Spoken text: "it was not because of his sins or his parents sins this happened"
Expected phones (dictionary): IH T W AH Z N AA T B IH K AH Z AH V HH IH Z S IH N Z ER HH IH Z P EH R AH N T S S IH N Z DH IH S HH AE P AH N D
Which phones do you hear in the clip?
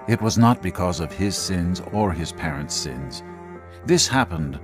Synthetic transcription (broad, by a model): IH T W AH Z N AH T B IH K AH Z AH V IH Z S IH N Z ER IH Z P EH R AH N T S S IH N Z DH IH S HH AE P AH N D